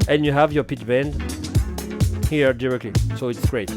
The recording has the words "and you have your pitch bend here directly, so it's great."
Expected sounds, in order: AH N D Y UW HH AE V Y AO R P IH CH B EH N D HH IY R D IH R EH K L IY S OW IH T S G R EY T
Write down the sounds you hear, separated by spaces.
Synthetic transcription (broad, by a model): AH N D Y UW HH AE V Y AO R P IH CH B EH N D HH IY R D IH R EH K L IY S OW IH T S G R EY T